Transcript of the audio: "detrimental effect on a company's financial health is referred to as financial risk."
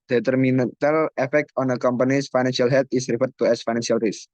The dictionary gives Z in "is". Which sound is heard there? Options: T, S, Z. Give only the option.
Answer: S